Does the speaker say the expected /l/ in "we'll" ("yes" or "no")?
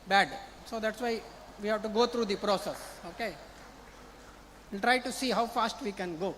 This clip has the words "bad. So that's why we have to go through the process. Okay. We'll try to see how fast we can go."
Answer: no